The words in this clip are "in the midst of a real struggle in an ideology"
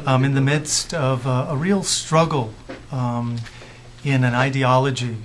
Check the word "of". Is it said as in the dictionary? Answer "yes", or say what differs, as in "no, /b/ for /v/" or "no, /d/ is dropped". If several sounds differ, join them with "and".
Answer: yes